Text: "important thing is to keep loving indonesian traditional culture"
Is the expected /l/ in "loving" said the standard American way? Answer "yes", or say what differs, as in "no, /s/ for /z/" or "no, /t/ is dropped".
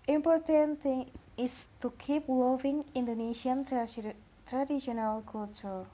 no, /w/ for /l/